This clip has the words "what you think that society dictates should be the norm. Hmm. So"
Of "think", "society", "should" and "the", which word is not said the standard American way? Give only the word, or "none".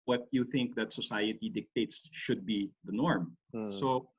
none